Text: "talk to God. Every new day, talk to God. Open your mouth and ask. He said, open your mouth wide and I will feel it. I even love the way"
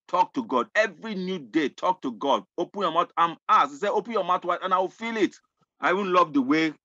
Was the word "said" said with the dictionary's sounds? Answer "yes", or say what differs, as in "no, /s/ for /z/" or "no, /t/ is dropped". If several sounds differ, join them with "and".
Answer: no, /d/ is dropped